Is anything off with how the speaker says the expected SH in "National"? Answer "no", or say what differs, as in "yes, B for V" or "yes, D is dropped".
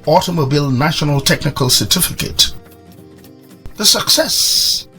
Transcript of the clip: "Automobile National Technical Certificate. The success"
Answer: no